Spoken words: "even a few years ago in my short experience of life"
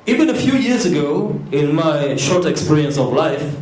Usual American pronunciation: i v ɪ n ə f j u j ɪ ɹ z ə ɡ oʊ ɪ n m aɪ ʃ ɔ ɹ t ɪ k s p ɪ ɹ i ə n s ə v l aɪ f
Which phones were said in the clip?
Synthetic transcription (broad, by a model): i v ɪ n ə f j u j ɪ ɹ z ə ɡ oʊ ɪ n m aɪ ʃ ɔ ɹ t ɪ k s p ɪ ɹ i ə n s ə v l aɪ f